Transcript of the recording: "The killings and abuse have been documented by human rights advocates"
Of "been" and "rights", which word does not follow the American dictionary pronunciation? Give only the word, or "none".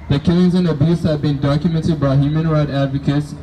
rights